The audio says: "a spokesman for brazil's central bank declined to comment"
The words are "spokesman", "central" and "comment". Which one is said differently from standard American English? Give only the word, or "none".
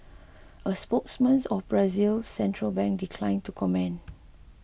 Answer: comment